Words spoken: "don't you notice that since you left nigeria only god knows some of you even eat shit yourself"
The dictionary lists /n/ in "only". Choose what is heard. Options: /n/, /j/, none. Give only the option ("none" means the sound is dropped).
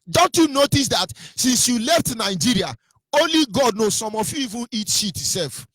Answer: /n/